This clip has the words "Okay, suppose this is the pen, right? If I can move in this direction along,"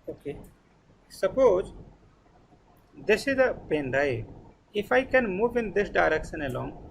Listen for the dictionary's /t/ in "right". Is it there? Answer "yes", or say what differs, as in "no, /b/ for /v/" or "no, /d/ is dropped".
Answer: no, /t/ is dropped